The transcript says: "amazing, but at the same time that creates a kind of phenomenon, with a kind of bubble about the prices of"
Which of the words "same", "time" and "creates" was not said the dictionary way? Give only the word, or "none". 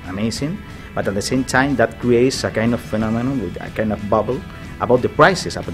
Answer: none